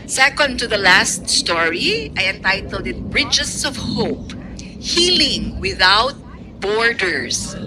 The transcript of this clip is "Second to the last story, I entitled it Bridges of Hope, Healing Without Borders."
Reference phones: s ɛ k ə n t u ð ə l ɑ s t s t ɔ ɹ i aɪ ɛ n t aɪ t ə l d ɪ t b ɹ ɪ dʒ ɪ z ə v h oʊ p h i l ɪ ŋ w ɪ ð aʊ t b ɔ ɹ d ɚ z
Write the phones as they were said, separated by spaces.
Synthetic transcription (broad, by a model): s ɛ k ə n t u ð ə l ɑ s t s t ɔ ɹ i aɪ ɛ n t aɪ t ə l d ɪ t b ɹ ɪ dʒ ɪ s ə v h oʊ p h i l ɪ ŋ w ɪ ð aʊ t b ɔ ɹ d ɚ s